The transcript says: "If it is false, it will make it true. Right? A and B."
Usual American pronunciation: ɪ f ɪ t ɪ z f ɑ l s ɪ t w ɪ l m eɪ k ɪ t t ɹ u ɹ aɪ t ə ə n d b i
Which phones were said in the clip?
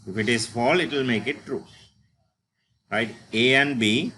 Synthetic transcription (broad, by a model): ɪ f ɪ t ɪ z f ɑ l ɪ t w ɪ l m eɪ k ɪ t t ɹ u ɹ aɪ t ə ə n d b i